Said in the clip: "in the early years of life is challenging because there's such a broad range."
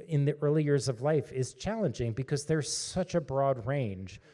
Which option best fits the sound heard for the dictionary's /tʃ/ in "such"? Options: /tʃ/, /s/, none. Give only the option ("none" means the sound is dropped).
/tʃ/